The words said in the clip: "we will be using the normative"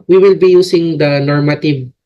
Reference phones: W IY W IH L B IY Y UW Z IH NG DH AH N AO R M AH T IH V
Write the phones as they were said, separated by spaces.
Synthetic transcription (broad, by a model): W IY W IH L B IY Y UW S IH NG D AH N AO R M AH T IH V